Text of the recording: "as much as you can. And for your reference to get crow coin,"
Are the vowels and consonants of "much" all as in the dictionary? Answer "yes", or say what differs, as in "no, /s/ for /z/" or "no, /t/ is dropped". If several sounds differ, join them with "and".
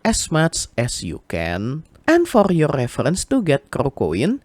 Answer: no, /s/ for /tʃ/